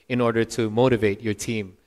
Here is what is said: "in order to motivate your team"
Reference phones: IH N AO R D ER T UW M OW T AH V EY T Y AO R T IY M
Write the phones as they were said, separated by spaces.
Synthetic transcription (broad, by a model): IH N AO R D ER T UW M OW T AH V EY T Y AO R T IY M